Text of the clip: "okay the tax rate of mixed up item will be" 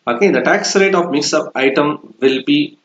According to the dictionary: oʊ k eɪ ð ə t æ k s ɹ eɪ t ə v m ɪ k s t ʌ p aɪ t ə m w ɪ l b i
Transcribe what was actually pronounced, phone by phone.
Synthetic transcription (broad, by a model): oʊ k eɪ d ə t æ k s ɹ eɪ t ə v m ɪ k s ʌ p aɪ t ə m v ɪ l b i